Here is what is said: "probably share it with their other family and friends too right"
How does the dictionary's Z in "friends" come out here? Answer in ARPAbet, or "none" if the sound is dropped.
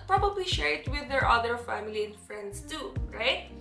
S